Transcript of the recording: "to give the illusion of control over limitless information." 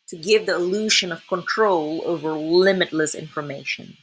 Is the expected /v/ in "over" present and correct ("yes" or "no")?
yes